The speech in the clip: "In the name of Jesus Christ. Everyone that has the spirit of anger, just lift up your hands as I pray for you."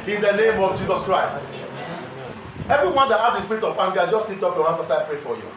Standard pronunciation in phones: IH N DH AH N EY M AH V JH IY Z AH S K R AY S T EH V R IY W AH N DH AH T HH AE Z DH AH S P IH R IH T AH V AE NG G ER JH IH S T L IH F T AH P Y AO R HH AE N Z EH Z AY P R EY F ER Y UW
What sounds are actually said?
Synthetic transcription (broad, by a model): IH N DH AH N EY M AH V JH IY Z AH S K R AY S T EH V R IY W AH N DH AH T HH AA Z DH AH S P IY R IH T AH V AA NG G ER JH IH S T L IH T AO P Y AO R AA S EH S AY P R EY F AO Y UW